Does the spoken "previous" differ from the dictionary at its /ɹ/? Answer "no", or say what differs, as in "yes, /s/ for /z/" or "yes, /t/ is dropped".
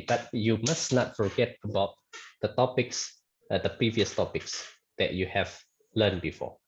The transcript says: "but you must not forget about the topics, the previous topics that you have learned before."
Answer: no